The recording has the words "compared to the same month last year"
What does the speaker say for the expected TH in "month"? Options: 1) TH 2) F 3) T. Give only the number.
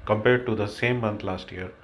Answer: 3